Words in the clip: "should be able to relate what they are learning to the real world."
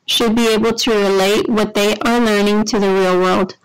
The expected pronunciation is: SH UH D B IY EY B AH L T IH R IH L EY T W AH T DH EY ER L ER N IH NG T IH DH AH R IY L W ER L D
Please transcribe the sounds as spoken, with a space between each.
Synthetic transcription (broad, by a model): SH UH D B IY EY B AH L T IH R IH L EY T W AH T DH EY ER L ER N IH NG T IH DH AH R IY L W ER L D